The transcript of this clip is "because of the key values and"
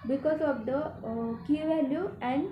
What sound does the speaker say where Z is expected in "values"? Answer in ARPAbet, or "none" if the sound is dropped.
none